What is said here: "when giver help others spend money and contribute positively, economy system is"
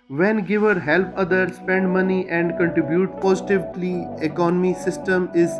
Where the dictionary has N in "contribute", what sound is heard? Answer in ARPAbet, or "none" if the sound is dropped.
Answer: N